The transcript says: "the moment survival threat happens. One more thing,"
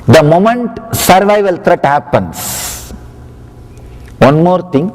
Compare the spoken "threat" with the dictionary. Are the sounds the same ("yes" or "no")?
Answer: no